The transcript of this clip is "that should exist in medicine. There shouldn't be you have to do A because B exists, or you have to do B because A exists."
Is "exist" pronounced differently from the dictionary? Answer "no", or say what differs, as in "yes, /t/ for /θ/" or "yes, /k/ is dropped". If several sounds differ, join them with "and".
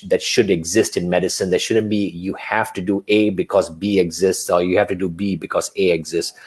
no